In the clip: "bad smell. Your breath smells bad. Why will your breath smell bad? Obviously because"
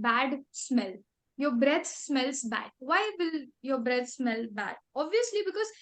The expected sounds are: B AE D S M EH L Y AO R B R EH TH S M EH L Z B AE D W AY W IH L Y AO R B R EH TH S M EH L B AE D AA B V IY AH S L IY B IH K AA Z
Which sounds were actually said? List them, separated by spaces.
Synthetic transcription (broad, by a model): B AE D S M EH L Y AO R B R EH T S M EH L S B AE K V AY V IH L Y AO R B R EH T S M EH L B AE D AA B V IY AH S L IY B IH K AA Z